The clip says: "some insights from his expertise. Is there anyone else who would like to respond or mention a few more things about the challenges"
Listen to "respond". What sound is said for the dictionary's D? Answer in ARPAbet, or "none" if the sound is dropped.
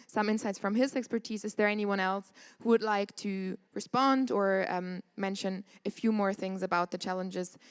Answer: D